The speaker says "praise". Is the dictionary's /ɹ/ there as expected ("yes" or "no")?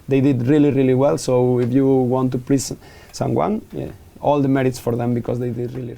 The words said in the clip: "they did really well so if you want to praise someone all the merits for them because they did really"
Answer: no